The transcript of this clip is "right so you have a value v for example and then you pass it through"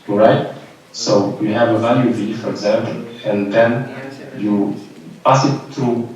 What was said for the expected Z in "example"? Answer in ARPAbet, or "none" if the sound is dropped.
Z